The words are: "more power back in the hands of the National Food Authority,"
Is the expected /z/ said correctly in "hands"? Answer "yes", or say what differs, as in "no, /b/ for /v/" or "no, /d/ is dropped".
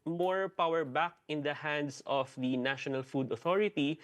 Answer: no, /s/ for /z/